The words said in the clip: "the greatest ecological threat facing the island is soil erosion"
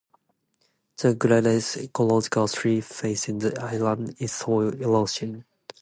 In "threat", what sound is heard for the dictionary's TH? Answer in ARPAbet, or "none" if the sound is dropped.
S